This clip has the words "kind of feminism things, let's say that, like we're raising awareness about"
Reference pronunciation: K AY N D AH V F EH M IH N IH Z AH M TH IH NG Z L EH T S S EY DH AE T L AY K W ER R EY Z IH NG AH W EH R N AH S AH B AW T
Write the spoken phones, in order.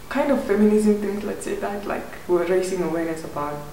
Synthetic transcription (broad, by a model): K AY N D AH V F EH M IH N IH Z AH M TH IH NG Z L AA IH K S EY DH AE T L AY K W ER R EY S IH NG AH W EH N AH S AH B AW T